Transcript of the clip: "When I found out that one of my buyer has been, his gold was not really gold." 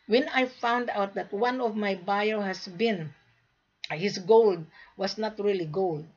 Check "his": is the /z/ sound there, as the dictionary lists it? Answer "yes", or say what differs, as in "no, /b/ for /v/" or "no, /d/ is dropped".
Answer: no, /s/ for /z/